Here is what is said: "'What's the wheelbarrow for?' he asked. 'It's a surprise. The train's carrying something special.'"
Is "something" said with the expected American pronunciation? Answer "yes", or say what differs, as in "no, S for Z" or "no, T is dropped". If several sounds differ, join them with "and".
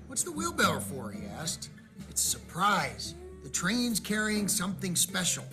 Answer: yes